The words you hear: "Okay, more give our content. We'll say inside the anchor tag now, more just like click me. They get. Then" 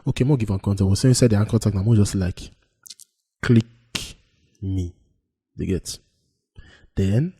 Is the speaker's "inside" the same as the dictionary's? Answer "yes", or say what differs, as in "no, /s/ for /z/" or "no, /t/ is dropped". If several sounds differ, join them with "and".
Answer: no, /n/ is dropped